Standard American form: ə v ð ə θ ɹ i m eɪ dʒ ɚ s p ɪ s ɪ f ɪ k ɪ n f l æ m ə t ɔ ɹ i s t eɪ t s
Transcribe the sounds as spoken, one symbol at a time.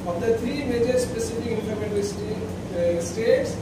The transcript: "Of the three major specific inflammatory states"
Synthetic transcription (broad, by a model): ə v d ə t ɹ i m eɪ dʒ ɚ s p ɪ s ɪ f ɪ k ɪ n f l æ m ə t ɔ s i s t eɪ t s